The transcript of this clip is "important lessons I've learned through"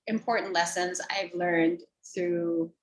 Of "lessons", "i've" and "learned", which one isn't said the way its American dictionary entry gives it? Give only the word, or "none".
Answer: none